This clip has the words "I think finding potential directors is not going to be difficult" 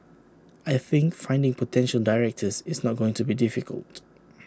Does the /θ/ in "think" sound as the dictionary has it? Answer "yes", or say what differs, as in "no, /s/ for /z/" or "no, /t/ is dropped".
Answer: yes